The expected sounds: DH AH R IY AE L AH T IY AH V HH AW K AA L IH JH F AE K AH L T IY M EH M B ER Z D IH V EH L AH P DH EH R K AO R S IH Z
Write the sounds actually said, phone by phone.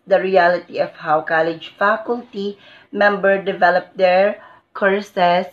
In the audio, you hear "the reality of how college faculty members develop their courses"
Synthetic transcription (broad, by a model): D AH R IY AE L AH T IY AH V HH AW K AA L IH JH F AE K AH L T IY M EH M B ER D IH V EH L AH P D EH R K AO R S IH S